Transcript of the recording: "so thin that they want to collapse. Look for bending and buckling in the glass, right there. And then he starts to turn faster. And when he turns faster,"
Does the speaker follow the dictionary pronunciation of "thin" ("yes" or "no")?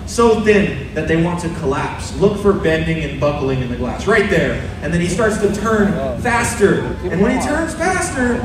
yes